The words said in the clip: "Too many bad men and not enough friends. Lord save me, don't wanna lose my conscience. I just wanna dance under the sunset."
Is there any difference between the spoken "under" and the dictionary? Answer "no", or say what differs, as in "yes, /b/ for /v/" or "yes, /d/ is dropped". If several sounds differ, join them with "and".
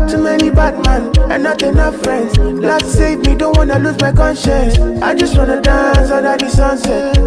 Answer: yes, /n/ is dropped